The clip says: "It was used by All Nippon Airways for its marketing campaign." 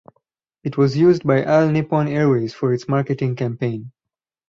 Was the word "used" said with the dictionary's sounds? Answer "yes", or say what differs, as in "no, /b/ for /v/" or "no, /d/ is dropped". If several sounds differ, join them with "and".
yes